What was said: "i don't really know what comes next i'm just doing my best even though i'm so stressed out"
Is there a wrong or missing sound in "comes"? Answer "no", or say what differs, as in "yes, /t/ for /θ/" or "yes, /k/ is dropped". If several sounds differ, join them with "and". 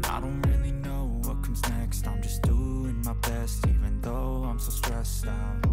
no